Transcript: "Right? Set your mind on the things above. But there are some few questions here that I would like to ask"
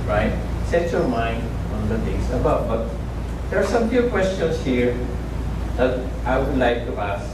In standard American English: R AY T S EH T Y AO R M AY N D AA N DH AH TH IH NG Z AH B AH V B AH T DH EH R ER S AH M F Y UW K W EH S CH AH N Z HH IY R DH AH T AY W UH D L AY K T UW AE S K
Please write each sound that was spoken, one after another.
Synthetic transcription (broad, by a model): R AY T S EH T Y AO R M AY N D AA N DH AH T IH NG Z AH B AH B AH T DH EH R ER S AH M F Y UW K W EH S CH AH N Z HH IY R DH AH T AY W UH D L AY K T UW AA S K